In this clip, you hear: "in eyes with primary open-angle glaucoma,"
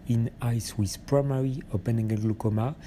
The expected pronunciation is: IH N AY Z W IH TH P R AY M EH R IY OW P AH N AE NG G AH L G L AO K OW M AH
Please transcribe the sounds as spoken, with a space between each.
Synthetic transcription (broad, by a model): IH N AY S W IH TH P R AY M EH R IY OW P AH N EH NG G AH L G L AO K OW M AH